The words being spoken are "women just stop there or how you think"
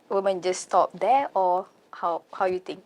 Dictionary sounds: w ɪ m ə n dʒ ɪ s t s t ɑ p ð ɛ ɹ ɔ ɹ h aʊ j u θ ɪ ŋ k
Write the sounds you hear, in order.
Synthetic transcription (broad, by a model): w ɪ m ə n dʒ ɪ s s t ɑ p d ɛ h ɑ w h aʊ j u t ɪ ŋ k